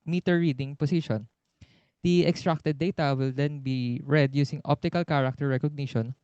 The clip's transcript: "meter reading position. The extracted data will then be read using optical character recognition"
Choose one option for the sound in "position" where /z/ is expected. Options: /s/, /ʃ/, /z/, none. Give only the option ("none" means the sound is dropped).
/s/